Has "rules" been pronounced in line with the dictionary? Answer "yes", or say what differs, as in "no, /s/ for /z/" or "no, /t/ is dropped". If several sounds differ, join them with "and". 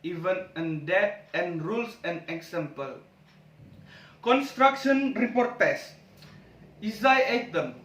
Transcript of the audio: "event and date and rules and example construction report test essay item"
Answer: no, /s/ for /z/